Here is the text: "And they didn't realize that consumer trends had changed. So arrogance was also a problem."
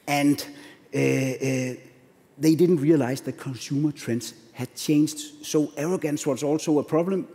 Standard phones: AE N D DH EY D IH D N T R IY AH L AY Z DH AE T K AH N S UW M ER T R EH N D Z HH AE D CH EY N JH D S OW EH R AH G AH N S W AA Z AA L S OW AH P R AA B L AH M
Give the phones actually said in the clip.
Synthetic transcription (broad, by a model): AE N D DH EY D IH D N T R IY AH L AY S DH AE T K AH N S UW M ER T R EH N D S HH AE D CH EY N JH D S OW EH R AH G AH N S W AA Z AA L S OW AH P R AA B L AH M